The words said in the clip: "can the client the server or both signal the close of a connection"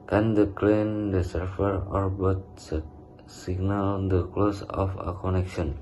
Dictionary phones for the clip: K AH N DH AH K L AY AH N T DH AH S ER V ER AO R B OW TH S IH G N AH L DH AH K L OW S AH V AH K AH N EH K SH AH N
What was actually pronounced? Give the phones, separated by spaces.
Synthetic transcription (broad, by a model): K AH N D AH K L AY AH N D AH S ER F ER AO R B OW S S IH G N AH L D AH K L OW S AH F AH K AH N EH K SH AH N